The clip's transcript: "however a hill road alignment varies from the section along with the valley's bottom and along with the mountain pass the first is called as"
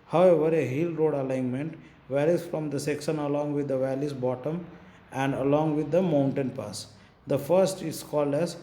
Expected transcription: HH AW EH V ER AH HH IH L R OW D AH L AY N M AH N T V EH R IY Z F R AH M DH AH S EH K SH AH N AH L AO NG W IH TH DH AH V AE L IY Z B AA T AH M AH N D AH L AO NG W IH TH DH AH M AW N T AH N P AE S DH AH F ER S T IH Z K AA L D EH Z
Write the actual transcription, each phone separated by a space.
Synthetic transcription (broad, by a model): HH AW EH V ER AH HH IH L R OW D AH L AY N M AH N T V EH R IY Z F R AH M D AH S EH K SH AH N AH L AO NG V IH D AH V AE L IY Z B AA T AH M AH N D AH L AO NG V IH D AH M AW N T AH N P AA S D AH F ER S T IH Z K AA L D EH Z